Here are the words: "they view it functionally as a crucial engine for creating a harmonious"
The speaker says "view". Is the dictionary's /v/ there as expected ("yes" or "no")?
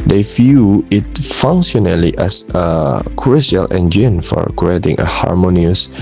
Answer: no